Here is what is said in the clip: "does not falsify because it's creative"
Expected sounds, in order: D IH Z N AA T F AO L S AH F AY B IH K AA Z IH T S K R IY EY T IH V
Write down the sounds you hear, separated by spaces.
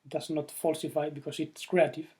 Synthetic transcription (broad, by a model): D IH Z N AA T F AO L S AH F AY B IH K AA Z IH T S K R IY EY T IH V